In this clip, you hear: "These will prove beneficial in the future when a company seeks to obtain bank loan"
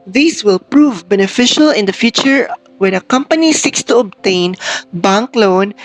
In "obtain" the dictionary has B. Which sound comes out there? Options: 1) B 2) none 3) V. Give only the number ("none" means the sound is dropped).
1